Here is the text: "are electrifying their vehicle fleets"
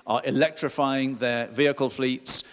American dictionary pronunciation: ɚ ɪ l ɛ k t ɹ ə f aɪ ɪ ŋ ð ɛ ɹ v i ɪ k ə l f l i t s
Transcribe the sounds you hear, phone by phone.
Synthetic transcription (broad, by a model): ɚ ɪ l ɛ k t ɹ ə f aɪ ɪ ŋ ð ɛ v i ɪ k ə l f l i t s